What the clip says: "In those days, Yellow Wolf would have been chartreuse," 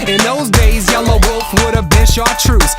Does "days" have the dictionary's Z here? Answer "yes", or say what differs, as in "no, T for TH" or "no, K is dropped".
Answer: yes